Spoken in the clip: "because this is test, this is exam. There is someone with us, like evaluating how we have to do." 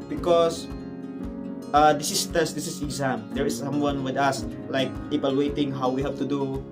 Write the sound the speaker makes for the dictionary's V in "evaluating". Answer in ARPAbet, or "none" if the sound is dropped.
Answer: P